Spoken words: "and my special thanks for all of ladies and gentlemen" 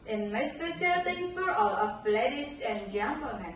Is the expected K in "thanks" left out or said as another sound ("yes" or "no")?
yes